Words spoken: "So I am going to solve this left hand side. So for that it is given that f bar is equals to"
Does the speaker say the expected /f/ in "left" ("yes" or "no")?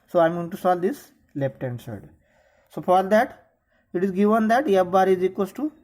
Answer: no